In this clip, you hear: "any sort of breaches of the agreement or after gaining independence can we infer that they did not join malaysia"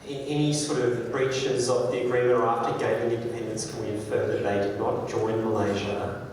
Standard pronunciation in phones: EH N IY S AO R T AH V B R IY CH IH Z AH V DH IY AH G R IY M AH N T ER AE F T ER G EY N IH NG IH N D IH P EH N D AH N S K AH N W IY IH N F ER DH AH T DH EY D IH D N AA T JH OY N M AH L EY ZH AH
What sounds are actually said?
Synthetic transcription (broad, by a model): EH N IY S AO R T AH V B R IY CH IH Z AH V DH IY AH G R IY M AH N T ER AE F T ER G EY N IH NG IH N D IH P EH N D AH N S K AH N W IY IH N F ER DH AH T DH EY D IH D N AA T JH OY N M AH L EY ZH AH